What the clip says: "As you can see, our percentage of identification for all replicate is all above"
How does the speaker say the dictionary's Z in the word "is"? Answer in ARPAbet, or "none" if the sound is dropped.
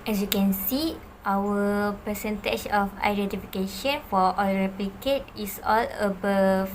S